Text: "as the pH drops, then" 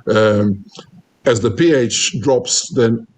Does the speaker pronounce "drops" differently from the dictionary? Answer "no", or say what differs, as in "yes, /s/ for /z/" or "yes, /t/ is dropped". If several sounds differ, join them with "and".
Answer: no